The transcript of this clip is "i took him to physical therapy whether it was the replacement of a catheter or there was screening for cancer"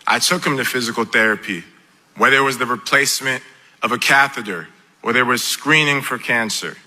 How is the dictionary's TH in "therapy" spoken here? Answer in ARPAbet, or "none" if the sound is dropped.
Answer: TH